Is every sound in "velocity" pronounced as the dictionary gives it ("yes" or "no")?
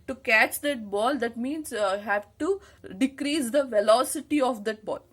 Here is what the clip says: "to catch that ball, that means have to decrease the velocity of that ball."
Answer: yes